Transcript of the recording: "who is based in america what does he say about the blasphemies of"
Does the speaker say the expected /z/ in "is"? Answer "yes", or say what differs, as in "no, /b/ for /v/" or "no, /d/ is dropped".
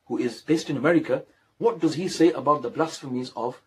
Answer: yes